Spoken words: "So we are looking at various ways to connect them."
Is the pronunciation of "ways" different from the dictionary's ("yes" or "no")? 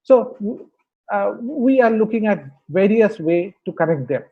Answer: yes